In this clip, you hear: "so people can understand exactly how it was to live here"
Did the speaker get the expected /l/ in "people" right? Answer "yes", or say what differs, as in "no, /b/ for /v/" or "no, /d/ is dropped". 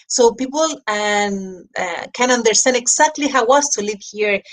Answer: no, /n/ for /l/